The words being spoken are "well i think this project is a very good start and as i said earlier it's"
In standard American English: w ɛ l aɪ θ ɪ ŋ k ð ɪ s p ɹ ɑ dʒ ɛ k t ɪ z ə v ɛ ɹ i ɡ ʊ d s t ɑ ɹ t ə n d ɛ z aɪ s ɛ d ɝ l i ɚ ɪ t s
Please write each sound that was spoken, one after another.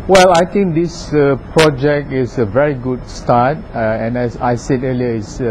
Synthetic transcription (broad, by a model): w ɛ l aɪ t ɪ ŋ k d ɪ s p ɹ ɑ dʒ ɛ k t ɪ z ə v ɛ ɹ i ɡ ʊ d s t ɑ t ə n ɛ aɪ s ɛ d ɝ l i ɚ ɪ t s